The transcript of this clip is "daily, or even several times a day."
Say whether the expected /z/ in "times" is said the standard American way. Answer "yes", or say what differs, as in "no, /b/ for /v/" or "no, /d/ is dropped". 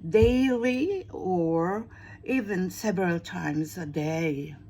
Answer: yes